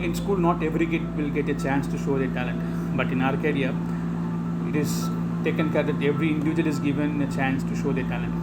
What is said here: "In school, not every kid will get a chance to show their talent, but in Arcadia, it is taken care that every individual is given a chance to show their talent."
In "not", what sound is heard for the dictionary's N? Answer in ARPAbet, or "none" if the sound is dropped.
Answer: N